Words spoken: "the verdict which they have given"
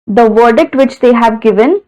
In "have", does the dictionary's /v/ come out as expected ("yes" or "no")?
yes